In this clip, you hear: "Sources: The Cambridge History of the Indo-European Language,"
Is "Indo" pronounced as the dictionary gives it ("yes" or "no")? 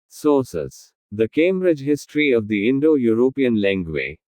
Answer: yes